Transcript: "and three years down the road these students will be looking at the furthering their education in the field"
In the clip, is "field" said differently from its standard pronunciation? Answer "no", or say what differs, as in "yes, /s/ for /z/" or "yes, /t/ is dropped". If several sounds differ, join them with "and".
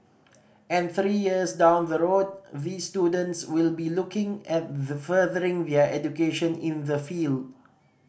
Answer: no